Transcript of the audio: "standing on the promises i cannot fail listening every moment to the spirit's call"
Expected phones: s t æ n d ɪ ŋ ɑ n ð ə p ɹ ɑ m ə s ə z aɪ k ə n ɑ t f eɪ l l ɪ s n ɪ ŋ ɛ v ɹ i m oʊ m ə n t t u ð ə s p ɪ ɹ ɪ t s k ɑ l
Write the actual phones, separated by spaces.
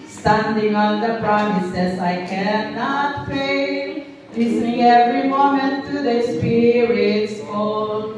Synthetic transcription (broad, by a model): s t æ n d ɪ ŋ ɑ n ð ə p ɹ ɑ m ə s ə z aɪ k ə n ɑ t p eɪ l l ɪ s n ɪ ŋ ɛ v ɹ i m oʊ m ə n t t u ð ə s p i ɹ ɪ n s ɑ